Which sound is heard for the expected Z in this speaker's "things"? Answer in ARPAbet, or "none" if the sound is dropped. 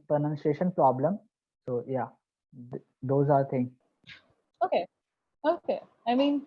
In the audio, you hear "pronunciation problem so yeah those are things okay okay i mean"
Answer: none